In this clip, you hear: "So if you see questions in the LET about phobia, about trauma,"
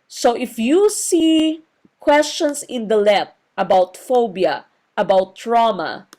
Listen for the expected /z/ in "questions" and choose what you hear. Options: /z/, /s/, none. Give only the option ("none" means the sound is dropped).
/s/